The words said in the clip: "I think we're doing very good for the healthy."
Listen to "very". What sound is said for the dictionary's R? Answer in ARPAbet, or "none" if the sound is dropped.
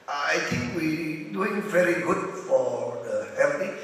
R